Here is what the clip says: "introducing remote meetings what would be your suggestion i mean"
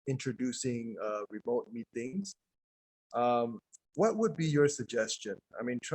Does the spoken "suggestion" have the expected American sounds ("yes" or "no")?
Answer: yes